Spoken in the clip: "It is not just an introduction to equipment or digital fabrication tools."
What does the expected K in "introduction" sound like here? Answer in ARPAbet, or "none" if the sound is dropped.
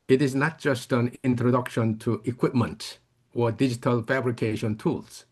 K